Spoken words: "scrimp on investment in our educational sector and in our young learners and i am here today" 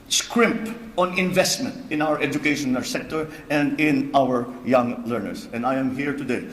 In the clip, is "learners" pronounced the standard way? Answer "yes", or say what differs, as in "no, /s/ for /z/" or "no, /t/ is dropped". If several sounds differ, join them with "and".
no, /s/ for /z/